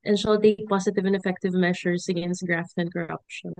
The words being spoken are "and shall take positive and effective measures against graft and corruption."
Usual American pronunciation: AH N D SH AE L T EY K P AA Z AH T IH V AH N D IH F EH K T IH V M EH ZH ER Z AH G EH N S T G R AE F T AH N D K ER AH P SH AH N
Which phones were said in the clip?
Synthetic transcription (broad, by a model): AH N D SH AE L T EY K P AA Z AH T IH V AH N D IH F EH K T IH V M EH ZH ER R AH G EH N S T G R AE F T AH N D K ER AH P SH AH N